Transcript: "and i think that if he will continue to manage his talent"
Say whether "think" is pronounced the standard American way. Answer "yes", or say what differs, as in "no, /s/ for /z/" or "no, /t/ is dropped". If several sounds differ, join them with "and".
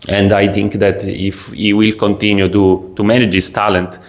no, /t/ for /θ/